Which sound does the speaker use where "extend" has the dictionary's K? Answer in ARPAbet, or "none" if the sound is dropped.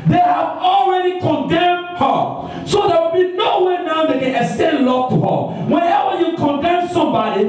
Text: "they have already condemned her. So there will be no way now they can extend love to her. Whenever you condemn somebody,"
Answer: none